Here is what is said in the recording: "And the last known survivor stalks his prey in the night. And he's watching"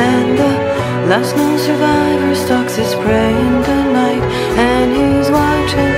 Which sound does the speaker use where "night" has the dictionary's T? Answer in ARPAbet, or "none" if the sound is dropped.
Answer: T